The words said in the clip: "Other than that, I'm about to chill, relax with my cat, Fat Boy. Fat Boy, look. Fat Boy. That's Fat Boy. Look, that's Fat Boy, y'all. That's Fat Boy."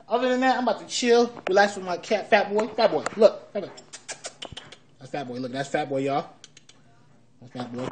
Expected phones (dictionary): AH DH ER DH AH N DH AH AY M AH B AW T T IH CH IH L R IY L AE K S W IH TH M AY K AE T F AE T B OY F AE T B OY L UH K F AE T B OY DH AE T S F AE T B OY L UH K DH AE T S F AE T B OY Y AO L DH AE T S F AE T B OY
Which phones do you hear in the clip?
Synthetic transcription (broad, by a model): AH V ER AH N DH AH AY M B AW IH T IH CH IH L W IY L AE S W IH M AY K AE T F AE T B OY F AE T B OY L UH K F AE T B OY DH AE T S F AE T B OY L UH K DH AE T S F AE T B OY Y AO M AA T F AE T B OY